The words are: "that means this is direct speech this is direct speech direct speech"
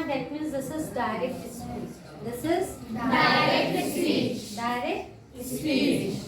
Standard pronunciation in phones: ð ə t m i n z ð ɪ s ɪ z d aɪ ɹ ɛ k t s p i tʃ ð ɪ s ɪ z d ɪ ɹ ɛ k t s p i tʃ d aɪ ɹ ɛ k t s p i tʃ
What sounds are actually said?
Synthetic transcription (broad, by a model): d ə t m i z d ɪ s ɪ z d aɪ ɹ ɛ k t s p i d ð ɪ s ɪ z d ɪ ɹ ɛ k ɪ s i d aɪ ɹ ɛ k t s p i